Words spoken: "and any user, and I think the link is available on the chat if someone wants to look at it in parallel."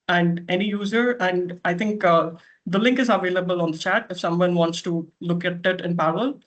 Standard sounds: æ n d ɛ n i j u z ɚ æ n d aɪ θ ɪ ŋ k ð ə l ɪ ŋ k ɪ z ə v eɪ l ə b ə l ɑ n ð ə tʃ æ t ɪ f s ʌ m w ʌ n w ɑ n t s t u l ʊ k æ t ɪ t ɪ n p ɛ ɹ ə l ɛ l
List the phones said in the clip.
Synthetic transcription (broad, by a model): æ n d ɛ n i j u z ɚ æ n d aɪ t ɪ ŋ k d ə l ɪ ŋ k ɪ z ə v eɪ l ə b ə l ɑ n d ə tʃ æ t ɪ f s ʌ m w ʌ n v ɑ n t s t u l ʊ k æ t ɪ t ɪ n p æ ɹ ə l l